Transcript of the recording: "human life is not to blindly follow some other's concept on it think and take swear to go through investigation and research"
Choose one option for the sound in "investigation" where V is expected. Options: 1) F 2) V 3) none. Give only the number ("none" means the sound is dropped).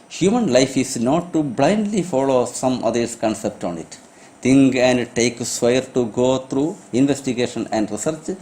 2